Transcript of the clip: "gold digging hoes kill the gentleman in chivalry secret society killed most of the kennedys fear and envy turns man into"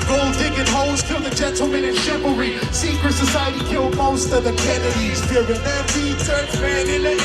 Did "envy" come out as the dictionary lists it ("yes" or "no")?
no